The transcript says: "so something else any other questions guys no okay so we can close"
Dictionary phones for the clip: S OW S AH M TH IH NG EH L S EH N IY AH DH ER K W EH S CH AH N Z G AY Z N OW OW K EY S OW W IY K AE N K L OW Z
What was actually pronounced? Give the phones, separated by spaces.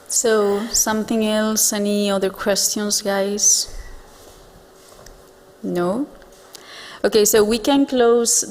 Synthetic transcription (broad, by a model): S OW S AH M TH IH NG EH L S EH N IY AH DH ER K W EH S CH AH N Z G AY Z N OW OW K EY S OW W IY K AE N K L OW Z